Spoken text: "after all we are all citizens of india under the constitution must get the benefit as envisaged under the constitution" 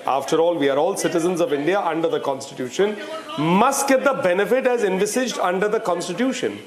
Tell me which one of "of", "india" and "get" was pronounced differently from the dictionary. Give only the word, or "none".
none